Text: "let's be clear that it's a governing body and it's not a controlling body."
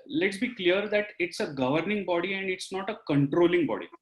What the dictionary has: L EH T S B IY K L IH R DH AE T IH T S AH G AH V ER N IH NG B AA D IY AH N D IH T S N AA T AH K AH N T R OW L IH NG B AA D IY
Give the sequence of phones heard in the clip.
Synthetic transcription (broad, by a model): L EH T S B IY K L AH R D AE T IH T S AH G AH V ER N IH NG B AA D IY AH N D IH T S N AA T AH K AH N T R OW L IH NG B AA D IY